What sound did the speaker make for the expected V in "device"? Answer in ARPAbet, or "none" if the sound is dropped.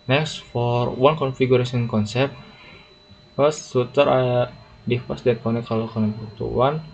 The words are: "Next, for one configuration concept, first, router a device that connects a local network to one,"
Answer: F